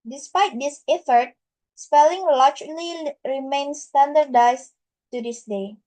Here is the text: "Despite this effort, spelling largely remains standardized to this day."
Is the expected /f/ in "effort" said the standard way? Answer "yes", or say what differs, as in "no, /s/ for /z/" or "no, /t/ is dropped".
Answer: yes